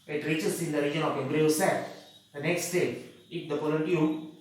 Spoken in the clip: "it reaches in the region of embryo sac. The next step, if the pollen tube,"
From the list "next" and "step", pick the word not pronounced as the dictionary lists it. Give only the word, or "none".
step